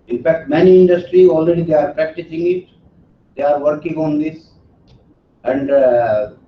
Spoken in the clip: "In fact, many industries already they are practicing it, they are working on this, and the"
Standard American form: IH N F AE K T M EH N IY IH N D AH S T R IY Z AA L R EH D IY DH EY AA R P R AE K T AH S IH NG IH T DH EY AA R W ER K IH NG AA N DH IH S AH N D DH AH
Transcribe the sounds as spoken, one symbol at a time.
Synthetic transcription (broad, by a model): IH N F AE K T M EH N IY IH N D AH S T R IY AA L R EH D IY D EY AA R P R AE K T AH S IH NG IH T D EY AA R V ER K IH NG AA N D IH S AH N D